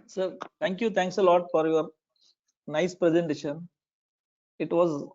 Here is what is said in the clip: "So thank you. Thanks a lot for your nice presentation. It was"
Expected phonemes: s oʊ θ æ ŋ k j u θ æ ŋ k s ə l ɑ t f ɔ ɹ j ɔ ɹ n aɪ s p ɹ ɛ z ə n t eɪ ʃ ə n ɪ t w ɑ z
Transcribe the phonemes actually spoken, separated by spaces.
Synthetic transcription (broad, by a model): s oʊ t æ ŋ k j u t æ ŋ k s ə l ɑ t f ɔ ɹ j ɔ ɹ n aɪ s p ɹ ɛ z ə n t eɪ ʃ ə n ɪ t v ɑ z